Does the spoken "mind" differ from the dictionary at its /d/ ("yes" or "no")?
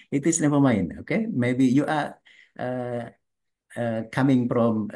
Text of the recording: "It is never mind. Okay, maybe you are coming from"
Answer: yes